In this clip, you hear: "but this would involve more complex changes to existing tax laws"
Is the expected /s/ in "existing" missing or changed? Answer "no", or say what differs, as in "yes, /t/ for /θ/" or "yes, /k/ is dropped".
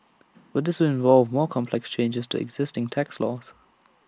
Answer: no